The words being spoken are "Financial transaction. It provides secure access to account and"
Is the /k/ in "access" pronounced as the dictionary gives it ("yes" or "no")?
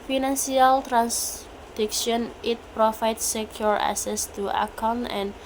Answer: no